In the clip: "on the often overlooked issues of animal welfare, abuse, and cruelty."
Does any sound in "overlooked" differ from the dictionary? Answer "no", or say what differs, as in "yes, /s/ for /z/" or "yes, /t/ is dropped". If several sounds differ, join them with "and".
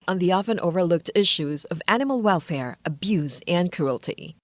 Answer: no